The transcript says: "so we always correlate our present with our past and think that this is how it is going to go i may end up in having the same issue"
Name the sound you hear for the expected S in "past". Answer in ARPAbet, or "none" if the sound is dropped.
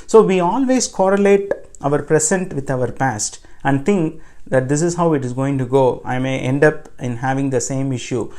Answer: S